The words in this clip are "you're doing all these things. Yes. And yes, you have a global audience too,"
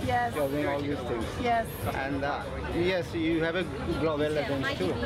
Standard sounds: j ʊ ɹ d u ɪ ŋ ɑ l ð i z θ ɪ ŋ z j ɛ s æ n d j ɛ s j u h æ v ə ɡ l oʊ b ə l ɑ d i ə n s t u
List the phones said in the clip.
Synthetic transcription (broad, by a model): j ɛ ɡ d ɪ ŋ ɑ l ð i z t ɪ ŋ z j ɛ s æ n d j ɛ s j u h æ v ə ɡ l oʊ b l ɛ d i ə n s t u